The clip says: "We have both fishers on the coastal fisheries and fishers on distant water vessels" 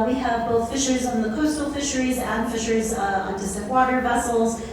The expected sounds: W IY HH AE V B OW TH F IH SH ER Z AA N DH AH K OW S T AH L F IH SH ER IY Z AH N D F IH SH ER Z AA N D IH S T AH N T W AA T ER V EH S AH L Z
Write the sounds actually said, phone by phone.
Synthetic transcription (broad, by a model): W IY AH V B OW TH F IH SH ER Z N DH AH K OW S T L F IH SH ER IY Z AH N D F IH SH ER Z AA N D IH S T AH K W AA T ER V EH S L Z